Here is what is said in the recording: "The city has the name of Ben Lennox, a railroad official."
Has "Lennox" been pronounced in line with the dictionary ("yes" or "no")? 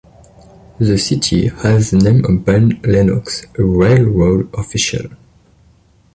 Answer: yes